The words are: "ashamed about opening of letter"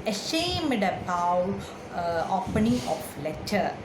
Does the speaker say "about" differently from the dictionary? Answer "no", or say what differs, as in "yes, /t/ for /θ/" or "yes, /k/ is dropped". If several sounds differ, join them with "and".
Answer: yes, /t/ is dropped